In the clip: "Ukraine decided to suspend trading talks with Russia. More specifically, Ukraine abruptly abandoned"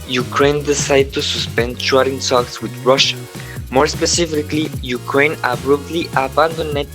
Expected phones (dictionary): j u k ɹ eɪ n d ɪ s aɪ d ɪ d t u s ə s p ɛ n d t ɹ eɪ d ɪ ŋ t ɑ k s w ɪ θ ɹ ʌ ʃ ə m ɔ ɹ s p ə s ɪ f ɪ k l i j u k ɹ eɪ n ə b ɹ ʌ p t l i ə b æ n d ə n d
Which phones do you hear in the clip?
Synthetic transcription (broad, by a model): j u k ɹ eɪ n d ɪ s aɪ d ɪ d t u s ə s p ɛ n d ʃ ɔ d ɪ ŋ s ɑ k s w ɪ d ɹ ʌ ʃ ə m ɔ ɹ s p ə s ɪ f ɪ k l i j u k ɹ eɪ n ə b ɹ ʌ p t l i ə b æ n d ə n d